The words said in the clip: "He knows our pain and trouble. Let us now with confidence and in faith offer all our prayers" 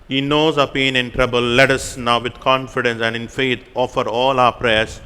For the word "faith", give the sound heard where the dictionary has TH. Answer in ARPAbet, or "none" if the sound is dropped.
T